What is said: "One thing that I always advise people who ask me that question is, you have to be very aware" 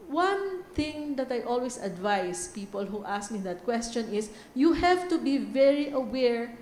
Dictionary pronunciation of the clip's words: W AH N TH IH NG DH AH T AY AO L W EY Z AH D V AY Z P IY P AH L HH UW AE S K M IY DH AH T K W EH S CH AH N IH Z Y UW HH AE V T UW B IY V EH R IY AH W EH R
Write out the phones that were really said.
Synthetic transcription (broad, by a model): W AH N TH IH NG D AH T AY AO L W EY S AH D V AY S P IY P AH L HH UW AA S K M IY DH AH T K W EH S CH AH N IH S Y UW HH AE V T UW B IY V EH R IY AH W EH R